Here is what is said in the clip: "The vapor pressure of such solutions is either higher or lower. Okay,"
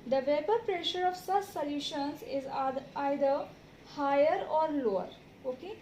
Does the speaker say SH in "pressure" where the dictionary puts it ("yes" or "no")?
yes